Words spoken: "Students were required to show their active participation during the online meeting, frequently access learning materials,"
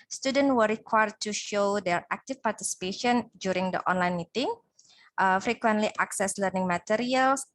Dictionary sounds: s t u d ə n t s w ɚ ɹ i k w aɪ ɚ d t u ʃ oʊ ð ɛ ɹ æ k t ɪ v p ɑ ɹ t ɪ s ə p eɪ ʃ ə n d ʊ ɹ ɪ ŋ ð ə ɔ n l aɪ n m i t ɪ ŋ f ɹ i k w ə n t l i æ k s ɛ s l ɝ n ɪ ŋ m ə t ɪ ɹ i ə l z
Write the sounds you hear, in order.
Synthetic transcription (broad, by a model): s t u d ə n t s w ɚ ɹ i k w aɪ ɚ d t u ʃ oʊ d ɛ ɹ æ k t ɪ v p ɑ ɹ t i s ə p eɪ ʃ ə n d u ɹ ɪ ŋ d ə ɔ n l aɪ n m i t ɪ ŋ f ɹ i k w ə n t l i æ k s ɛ s l ɝ n ɪ ŋ m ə t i ɹ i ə l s